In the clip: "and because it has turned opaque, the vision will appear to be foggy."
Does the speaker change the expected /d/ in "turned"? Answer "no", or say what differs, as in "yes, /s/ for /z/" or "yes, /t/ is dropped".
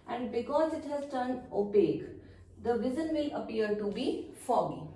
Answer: yes, /d/ is dropped